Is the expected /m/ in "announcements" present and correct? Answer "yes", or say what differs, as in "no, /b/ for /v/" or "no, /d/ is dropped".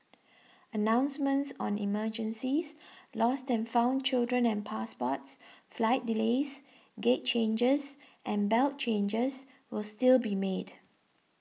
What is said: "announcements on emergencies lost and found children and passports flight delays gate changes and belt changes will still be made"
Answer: yes